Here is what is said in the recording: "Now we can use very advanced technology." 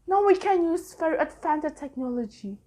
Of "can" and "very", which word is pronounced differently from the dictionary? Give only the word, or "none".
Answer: very